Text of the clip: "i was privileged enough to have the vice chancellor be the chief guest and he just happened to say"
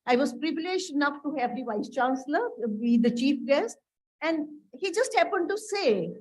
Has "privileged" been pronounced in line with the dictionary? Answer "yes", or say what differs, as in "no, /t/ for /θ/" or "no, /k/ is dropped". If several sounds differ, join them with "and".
yes